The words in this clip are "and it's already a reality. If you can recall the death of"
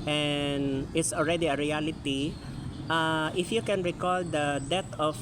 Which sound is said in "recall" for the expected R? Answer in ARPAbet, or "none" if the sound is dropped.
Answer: R